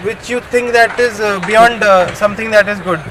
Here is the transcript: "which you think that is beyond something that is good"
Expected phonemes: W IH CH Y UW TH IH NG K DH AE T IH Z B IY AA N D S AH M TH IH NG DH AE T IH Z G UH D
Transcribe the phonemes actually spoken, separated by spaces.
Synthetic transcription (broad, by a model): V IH CH Y UW T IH NG K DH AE T IH Z B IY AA N D S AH M T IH NG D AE T IH Z G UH D